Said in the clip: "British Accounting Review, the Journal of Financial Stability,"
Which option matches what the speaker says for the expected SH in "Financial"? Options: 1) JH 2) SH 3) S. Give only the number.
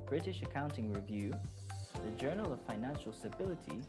2